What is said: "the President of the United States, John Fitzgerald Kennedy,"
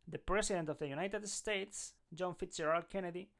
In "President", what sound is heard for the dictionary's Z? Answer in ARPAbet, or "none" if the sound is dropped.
S